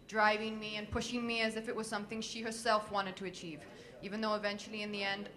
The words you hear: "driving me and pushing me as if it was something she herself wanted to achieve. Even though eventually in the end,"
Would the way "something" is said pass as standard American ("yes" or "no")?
yes